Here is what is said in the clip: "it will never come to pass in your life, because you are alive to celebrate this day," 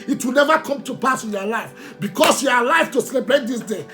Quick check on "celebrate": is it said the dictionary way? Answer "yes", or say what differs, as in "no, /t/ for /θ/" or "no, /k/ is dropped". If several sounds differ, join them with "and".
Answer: no, /ɹ/ is dropped